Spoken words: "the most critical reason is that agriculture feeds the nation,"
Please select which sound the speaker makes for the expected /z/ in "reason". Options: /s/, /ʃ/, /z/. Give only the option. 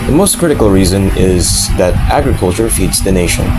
/z/